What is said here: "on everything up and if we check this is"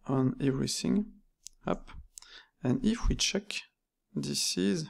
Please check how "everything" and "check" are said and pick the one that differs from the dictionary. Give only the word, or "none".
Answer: none